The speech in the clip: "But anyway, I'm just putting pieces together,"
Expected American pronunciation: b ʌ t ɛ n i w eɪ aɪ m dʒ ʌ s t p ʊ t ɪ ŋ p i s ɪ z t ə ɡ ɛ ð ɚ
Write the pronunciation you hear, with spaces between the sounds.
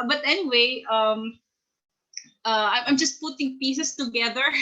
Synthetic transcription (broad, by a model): b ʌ t ɛ n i w eɪ aɪ m dʒ ʌ s t p ʊ t ɪ ŋ p i s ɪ s t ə ɡ ɛ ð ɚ